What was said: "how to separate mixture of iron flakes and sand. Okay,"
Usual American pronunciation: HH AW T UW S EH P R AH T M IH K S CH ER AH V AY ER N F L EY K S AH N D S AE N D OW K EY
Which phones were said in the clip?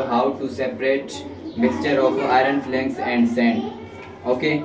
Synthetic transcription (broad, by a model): HH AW T UW S EH P R AH T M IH S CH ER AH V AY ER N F L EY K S AH N D S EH N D OW K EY